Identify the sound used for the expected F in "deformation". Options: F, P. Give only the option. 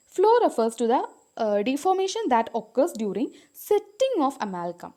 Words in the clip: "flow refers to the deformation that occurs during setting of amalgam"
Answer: F